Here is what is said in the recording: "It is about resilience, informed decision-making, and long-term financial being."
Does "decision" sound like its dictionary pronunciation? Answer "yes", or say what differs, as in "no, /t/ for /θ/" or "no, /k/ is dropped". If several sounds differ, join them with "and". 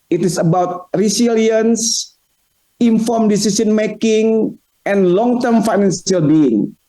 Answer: no, /s/ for /ʒ/